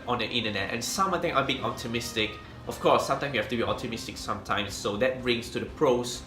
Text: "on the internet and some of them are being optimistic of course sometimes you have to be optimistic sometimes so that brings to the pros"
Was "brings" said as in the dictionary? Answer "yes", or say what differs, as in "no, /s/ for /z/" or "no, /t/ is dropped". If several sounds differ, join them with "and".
no, /s/ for /z/